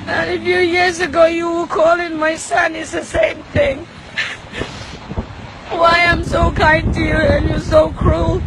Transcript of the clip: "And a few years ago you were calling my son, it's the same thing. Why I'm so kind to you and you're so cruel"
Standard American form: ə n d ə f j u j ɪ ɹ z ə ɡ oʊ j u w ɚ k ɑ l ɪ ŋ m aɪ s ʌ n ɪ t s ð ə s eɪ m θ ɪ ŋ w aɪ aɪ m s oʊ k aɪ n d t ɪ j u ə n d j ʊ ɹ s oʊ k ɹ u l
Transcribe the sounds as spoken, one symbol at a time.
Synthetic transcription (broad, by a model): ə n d ə f j u j ɪ ɹ z ə ɡ oʊ j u w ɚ k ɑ l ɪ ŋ m aɪ s ʌ n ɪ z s ð ə s eɪ m θ ɪ ŋ w aɪ aɪ m s oʊ k aɪ n t ɪ j u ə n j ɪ s oʊ k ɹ u l